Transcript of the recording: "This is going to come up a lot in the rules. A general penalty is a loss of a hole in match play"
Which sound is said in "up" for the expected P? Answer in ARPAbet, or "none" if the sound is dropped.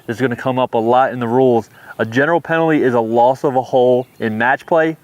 P